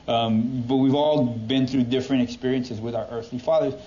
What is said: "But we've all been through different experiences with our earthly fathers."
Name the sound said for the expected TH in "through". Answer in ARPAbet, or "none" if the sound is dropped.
TH